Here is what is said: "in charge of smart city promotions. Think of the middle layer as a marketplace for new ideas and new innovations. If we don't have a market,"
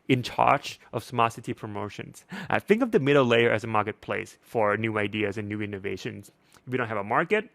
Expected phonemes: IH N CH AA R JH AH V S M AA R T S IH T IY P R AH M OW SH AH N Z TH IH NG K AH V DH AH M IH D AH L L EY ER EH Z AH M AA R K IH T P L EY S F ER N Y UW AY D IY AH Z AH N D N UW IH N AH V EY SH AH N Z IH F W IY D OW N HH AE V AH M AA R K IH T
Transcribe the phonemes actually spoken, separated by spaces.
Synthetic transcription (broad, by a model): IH N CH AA R CH AH V S M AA S IH T IY P R AH M OW SH AH N Z TH IH NG K AH V DH AH M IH D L L EY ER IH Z AH M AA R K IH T P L EY S F ER N Y UW AY D IY AH Z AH N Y UW IH N AH V EY SH AH N Z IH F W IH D OW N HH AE V AH M AA R K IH T